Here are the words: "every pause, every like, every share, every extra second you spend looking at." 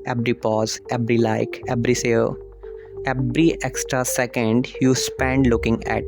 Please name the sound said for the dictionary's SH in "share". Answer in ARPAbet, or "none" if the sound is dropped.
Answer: S